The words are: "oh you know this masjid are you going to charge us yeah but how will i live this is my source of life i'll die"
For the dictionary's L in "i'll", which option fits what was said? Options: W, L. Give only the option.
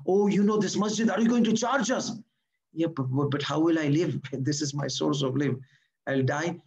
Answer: L